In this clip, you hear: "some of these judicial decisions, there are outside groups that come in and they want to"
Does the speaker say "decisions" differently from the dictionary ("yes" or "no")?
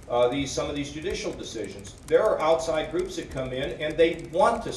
no